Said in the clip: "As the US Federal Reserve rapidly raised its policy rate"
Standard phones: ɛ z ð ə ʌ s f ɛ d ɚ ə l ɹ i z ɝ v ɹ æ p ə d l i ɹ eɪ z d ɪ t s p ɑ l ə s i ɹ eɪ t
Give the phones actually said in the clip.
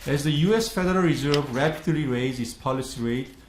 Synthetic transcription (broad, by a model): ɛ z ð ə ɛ s f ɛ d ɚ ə l ɹ i z ɝ v ɹ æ p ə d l i ɹ eɪ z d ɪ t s p ɑ l ə s i ɹ eɪ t